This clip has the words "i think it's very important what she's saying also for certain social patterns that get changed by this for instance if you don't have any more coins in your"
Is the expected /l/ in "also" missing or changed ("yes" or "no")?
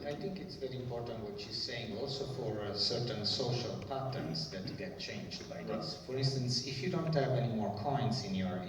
no